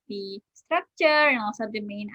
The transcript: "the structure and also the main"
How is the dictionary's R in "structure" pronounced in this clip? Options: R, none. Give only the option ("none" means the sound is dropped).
R